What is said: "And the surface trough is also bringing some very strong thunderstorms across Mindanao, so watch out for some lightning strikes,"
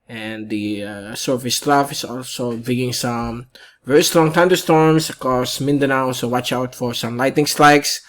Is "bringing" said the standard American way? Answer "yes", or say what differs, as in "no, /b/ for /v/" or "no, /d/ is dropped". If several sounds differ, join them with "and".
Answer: no, /ɹ/ is dropped